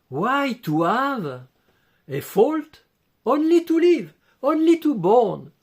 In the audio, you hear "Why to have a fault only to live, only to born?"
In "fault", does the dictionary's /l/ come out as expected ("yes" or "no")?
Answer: yes